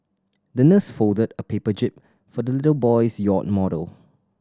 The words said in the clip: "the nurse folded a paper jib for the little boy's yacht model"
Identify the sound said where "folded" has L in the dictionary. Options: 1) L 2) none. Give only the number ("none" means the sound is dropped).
1